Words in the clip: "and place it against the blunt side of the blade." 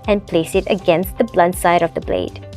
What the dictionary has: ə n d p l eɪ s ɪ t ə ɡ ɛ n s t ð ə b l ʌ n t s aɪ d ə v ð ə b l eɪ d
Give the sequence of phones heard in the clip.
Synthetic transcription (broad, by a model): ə n p l eɪ s ɪ t ə ɡ ɛ n s t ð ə b l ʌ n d s aɪ d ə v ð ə b l eɪ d